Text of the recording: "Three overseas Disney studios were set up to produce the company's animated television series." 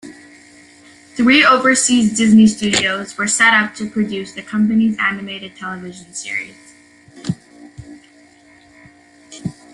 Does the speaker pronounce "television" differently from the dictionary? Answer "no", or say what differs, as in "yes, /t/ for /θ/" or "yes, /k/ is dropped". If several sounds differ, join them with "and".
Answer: no